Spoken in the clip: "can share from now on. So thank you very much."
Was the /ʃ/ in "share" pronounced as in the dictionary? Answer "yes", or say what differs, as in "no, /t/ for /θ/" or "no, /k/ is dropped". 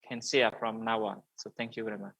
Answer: no, /s/ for /ʃ/